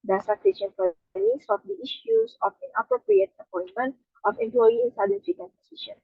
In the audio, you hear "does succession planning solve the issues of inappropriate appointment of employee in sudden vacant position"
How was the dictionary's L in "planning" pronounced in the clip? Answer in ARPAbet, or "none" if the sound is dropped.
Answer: none